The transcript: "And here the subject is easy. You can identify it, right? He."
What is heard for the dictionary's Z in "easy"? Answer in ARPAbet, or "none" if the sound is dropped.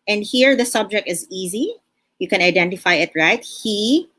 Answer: Z